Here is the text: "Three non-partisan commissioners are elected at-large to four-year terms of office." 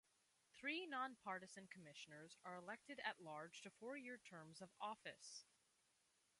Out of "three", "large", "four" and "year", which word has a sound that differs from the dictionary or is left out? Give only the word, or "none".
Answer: none